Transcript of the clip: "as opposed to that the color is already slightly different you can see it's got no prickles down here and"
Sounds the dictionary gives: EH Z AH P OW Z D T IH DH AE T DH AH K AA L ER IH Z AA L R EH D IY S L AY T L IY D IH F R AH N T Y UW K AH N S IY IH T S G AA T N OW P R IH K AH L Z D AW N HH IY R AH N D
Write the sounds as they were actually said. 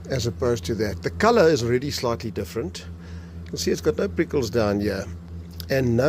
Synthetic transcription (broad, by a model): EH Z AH P OW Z T IH DH AE T DH AH K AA L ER IH Z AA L R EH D IY S L AY T L IY D IH F R AH N T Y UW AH L S IY IH T S G AA T N OW P R IH K AH L Z D AW N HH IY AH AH N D